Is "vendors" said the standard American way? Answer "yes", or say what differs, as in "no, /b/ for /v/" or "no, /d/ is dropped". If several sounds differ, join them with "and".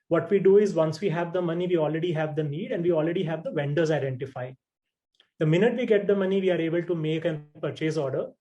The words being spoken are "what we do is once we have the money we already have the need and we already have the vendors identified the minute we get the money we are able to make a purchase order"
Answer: yes